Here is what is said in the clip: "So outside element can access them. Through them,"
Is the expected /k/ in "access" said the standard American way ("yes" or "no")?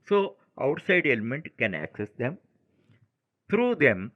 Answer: yes